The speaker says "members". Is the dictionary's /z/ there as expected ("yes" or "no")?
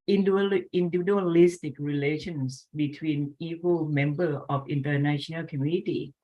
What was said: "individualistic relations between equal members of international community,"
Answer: no